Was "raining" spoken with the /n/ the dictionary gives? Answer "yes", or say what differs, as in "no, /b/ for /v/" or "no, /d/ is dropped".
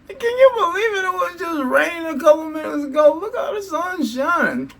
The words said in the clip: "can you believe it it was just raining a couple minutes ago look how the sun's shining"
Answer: no, /n/ is dropped